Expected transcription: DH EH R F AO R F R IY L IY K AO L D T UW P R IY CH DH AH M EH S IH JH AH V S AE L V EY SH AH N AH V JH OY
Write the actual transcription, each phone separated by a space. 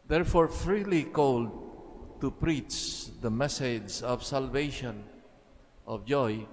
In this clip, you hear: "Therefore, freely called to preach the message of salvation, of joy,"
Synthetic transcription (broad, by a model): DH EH R F AO R F R IY L IY K AO L D T UW P R IY CH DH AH M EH S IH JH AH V S AE L V EY SH AH N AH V JH OY